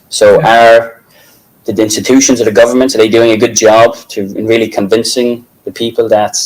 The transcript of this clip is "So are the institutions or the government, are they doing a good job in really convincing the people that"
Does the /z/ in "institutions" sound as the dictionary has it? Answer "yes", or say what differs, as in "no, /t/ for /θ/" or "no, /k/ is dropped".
yes